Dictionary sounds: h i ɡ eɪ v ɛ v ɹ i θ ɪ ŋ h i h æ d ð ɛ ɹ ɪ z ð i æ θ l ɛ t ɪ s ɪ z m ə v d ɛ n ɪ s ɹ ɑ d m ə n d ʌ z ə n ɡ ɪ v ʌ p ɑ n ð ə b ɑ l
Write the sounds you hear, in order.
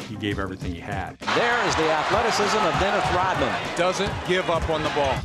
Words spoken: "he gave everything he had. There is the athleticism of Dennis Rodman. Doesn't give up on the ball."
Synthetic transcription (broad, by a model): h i ɡ eɪ v ɛ v ɹ i θ ɪ ŋ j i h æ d ð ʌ ɹ ɪ z ð i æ θ l ɛ t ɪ s ɪ z m ə v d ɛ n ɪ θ ɹ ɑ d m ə n d ʌ z ə n ɡ ɪ v ʌ p n ð ə b ɑ l